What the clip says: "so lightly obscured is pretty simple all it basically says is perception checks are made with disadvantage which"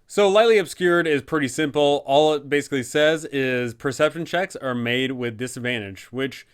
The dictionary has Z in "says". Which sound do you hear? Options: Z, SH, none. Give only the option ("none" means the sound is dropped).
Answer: Z